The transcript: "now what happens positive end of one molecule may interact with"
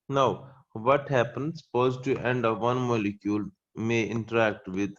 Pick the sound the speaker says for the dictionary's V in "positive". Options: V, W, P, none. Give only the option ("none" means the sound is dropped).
none